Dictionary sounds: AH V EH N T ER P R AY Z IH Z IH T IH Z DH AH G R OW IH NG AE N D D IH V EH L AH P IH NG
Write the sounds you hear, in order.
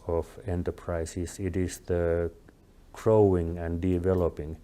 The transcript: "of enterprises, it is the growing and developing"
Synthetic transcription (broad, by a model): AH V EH N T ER P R AY S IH S IH T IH S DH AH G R OW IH NG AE N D D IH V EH L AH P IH NG